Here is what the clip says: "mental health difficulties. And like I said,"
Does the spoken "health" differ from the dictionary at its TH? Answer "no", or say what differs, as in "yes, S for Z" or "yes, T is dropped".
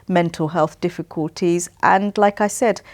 no